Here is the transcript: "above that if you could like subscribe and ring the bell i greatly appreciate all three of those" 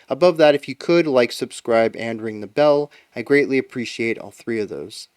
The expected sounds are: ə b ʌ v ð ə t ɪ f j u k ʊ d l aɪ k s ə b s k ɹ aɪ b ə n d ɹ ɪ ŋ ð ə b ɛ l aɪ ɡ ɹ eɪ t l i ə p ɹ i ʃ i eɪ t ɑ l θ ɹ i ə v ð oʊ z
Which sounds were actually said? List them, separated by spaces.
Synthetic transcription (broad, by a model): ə b ʌ v ð ə t ɪ f j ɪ k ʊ d l aɪ k s ə b s k ɹ aɪ b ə n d ɹ ɪ ŋ ð ə b ɛ l aɪ ɡ ɹ eɪ t l i ə p ɹ i ʃ i eɪ t ɑ l θ ɹ i ə v ð oʊ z